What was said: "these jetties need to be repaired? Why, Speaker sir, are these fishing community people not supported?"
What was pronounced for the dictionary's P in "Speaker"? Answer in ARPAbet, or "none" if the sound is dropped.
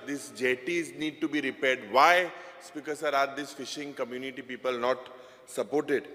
P